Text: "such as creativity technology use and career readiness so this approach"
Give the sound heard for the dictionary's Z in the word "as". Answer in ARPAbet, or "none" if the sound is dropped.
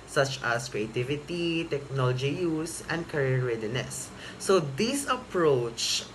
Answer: S